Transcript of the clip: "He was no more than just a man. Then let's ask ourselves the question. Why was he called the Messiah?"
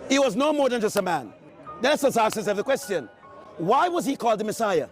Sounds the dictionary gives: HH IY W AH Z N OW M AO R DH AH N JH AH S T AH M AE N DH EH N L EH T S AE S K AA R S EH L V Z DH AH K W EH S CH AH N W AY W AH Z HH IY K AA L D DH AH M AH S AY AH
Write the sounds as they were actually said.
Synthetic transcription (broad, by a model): HH IY W AH Z N OW M AO R DH AH N JH AH S T AH M AE N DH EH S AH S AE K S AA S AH V DH AH K W EH S CH AH N W AY W AH Z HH IY K AA L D DH AH M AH S AY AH